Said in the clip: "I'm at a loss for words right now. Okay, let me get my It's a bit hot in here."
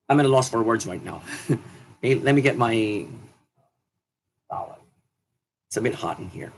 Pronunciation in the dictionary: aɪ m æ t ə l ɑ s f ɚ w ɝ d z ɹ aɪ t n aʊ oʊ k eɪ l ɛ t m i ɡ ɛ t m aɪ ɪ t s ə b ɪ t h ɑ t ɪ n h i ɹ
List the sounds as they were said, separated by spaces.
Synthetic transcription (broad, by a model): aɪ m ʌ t ə l ɑ s f ɚ w ɝ d z ɹ aɪ t n aʊ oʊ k eɪ l ɛ t m i ɡ ɛ t m aɪ ɪ t s ə b ɪ t h ɑ t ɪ n h i ɹ